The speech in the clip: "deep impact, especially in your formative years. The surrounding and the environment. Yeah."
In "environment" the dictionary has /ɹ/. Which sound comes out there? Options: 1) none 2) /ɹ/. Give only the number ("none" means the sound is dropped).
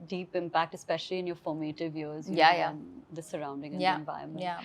1